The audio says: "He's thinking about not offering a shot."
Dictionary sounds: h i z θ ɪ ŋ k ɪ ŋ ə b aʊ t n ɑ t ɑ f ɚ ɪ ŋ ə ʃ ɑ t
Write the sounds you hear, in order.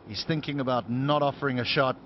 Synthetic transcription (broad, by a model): h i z θ ɪ ŋ k ɪ ŋ ə b aʊ t n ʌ t ɑ f ɚ ɪ ŋ ə ʃ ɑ t